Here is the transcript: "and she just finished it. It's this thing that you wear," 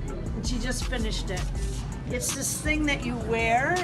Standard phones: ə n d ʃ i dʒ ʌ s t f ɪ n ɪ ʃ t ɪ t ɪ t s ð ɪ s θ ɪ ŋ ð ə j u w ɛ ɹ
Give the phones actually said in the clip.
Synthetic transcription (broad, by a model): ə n ʃ i dʒ ʌ s t f ɪ n ɪ ʃ t ɪ t ɪ t s ð ɪ s θ ɪ ŋ ð ə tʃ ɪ w ɛ ɹ